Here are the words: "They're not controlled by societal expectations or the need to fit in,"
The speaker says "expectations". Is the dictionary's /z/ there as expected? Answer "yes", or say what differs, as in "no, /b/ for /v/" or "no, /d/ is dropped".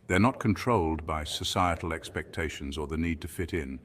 yes